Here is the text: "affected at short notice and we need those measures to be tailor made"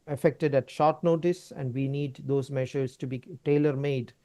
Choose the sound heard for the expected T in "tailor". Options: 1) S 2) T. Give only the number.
2